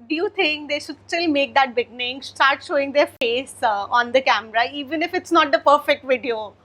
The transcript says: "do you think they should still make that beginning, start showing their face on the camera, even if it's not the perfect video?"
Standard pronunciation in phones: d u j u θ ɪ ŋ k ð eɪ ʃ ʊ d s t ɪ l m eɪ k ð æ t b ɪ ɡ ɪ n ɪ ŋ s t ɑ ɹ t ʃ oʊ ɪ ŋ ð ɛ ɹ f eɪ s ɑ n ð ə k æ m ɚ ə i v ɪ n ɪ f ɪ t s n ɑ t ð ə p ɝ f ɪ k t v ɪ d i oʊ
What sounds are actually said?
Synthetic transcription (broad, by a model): d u j u t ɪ ŋ k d eɪ ʃ ʊ d s t ɪ l m eɪ k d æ t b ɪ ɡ n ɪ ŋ s t ɑ ɹ t ʃ oʊ ɪ ŋ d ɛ ɹ f eɪ s ɑ n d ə k æ m ɚ ə i v ɪ n ɪ f ɪ t s n ɑ t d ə p ɝ f ɪ k t v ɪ d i oʊ